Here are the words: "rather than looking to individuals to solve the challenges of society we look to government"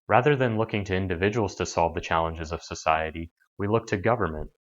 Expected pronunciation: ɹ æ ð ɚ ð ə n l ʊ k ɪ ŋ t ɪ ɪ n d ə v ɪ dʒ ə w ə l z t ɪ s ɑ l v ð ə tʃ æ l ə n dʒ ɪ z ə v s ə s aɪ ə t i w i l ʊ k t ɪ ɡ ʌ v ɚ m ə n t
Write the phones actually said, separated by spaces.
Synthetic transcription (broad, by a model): ɹ æ ð ɚ ð ə n l ʊ k ɪ ŋ t ɪ ɪ n d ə v ɪ dʒ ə w l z t ɪ s ɑ l v ð ə tʃ æ l ə n dʒ ɪ z ə v s ə s aɪ ə t i w i l ʊ k t ɪ ɡ ʌ v ɚ m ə n t